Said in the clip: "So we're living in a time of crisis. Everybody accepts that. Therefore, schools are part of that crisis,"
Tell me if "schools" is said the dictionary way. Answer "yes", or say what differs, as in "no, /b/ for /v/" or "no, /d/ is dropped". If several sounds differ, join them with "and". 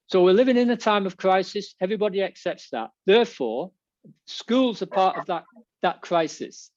yes